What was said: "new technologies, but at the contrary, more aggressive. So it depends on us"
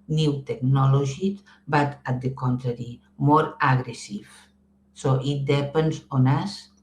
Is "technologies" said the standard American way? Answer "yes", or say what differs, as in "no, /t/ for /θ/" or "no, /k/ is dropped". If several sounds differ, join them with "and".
no, /ʒ/ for /dʒ/